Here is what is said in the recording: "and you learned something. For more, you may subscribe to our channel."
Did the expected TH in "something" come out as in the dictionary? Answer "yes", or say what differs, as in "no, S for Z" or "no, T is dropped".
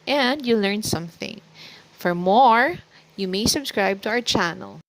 yes